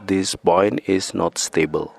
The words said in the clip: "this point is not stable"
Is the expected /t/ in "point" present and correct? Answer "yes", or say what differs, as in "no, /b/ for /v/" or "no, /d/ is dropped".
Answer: no, /t/ is dropped